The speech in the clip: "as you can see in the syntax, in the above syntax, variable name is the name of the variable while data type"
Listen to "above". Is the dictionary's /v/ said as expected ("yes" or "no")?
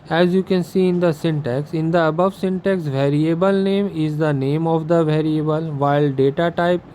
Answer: yes